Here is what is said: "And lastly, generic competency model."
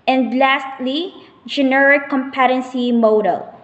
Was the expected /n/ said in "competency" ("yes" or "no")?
yes